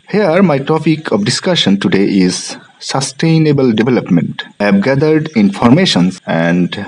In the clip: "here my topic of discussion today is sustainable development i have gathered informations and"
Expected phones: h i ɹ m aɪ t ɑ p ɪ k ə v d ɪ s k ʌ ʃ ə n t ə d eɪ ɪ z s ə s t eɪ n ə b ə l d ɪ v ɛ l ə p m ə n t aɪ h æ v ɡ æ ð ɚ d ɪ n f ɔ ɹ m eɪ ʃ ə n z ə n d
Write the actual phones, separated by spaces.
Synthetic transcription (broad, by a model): h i ɹ m aɪ t ɑ p ɪ k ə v d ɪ s k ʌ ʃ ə n t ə d eɪ ɪ z s ə s t eɪ n ə b ə l d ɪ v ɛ l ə p m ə n t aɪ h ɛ b ɡ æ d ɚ d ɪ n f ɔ ɹ m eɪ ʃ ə n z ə n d